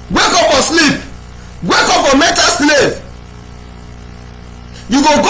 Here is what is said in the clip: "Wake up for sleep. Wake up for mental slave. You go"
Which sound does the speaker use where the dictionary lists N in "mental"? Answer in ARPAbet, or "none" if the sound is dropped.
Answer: none